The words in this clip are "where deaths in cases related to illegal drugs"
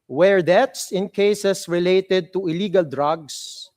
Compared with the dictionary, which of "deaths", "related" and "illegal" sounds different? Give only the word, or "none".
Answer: deaths